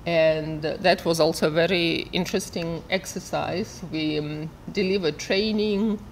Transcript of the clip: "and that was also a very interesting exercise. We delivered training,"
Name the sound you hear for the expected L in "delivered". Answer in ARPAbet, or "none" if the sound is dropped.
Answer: L